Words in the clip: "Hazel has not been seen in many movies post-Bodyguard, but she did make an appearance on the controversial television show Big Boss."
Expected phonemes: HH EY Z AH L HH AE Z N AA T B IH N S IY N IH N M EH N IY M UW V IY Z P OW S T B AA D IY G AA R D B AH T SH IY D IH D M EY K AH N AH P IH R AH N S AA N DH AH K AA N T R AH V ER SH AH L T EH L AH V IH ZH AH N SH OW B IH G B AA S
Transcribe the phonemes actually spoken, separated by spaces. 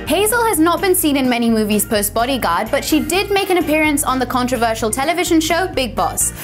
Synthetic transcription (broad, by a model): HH EY Z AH L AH Z N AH T B IH N S IY N IH N M EH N IY M UW V IY Z P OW S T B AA D IY G AA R D B AH T SH IY D IH D M EY K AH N AH P IH R AH N S N DH AH K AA N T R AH V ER SH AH L T EH L AH V IH ZH AH N SH OW B IH G B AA S